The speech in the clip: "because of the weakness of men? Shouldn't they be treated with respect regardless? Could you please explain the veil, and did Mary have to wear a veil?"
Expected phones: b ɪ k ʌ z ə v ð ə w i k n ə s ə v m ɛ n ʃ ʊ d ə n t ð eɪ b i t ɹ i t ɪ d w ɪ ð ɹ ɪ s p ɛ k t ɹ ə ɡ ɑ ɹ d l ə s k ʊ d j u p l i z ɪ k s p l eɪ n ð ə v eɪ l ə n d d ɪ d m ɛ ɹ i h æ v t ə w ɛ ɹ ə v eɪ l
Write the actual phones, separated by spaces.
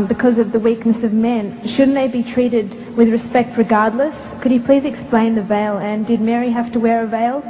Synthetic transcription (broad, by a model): b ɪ k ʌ z ə v ð ə w i k n ə s ə v m ɛ n ʃ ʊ d n ð eɪ b i t ɹ i t ɪ d w ɪ ð ɹ ɪ s p ɛ k t ɹ ə ɡ ɑ ɹ d l ə s k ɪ d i p l i z ɪ k s p l eɪ n ð ə v eɪ l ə n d d ɪ d m ɛ ɹ i h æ f t ə w ɛ ɹ ə v eɪ l